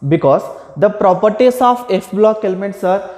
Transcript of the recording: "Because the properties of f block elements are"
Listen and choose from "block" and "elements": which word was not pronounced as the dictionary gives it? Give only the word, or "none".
none